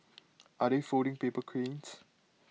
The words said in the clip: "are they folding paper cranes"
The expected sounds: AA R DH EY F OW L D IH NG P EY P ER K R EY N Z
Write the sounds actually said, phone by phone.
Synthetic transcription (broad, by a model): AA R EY F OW D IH NG P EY P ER K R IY N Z